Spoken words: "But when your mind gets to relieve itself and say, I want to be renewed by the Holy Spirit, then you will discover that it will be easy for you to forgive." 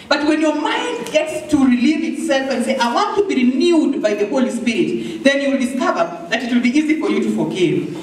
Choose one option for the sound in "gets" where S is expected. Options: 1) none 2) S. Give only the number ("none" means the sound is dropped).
2